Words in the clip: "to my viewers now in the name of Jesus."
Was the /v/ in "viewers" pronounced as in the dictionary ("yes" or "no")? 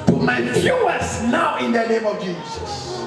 no